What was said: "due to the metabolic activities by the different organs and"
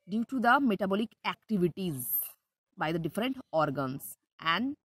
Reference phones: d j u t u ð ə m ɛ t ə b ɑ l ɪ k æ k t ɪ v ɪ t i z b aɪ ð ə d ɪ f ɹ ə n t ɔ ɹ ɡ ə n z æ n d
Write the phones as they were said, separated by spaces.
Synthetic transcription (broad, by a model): d j u t u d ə m ɛ t ə b ɑ l ɪ k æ k t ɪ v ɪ t i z b aɪ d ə d ɪ f ɹ ə n t ɔ ɹ ɡ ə n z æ n d